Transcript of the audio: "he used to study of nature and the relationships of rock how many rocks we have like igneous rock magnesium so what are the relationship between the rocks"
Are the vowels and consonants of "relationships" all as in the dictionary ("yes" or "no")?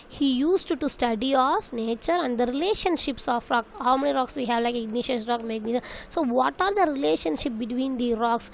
yes